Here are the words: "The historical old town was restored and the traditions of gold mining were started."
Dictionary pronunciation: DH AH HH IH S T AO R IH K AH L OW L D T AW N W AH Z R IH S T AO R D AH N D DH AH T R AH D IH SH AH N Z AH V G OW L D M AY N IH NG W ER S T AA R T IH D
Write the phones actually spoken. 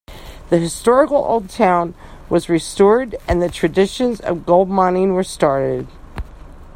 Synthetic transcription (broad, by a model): DH AH HH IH S T AO R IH K L OW L D T AW N W AH Z R IH S T AO R D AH N DH AH T R AH D IH SH AH N Z AH V G OW L D M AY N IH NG W ER S T AA R T IH D